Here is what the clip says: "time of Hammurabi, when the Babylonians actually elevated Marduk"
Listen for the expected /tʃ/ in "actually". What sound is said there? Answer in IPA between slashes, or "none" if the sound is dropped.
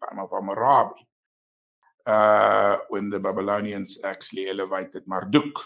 /s/